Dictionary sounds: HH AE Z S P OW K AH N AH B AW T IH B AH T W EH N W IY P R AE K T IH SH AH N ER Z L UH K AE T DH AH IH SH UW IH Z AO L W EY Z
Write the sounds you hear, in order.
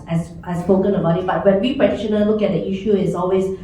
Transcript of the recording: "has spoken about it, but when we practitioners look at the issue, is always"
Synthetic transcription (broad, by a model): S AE S P OW K AH N AH B AW T IH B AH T W EH N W IY P R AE T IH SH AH N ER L L UH K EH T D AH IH SH UW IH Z AO L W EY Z